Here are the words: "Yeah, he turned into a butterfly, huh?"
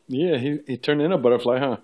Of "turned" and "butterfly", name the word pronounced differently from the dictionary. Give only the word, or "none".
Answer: none